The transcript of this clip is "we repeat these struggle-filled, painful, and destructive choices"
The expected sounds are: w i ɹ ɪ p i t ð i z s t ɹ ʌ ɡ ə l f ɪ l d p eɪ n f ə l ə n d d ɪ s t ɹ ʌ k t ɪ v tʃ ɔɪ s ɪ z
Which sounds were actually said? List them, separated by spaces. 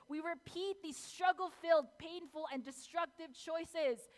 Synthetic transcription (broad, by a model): w i ɹ ɪ p i t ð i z s t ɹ ʌ ɡ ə l f ɪ l d p eɪ n f ə l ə n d d ɪ s t ɹ ʌ k t ɪ v tʃ ɔɪ s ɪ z